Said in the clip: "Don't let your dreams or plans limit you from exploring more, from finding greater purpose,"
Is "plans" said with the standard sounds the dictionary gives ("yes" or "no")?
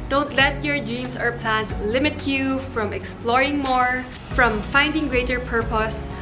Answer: no